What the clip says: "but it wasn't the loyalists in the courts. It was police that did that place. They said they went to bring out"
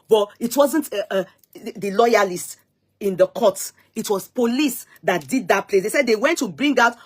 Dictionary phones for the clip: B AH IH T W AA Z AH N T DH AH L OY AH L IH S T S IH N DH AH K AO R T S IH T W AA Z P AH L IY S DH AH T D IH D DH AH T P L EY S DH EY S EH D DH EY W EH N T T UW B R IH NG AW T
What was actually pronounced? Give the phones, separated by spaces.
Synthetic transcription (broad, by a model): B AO IH T W AA Z AH N T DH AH L OY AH L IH S T IH N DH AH K AO T IH T W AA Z P AH L IY S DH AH T D IH D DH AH T P L EY S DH EY S EH D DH EY W EH N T T UW B R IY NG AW T